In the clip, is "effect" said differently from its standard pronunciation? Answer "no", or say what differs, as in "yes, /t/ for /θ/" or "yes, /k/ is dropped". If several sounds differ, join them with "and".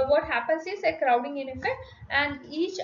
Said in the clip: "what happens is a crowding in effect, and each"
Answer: yes, /k/ is dropped